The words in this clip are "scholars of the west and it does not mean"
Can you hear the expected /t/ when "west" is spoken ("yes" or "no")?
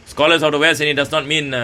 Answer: no